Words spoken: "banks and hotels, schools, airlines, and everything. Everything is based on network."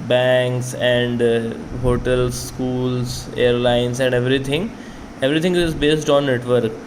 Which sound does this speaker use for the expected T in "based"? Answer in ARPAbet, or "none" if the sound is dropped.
T